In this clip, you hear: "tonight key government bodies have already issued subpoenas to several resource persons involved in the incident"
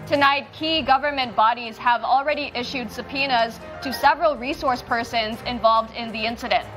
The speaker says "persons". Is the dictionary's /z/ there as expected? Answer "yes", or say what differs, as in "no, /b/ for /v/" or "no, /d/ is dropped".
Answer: yes